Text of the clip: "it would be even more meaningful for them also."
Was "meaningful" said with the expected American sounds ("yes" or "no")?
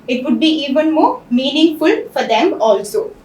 yes